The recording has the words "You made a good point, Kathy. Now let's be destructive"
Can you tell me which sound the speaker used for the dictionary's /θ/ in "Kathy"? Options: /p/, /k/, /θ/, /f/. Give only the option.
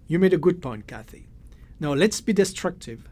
/θ/